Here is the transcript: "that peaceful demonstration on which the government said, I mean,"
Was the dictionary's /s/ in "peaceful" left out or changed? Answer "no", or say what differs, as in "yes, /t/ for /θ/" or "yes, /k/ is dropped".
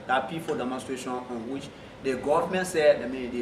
yes, /s/ is dropped